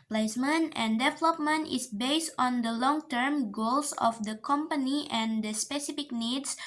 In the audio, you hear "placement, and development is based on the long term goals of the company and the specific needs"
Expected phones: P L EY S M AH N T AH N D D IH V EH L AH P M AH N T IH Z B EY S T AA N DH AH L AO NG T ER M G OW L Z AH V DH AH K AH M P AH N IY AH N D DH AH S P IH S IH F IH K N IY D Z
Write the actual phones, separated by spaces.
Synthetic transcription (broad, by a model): P L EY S M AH N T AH N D D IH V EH L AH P M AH N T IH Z B EY S T AA N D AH L AO NG T ER M G OW L S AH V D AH K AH M P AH N IY AH N D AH S P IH S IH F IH K N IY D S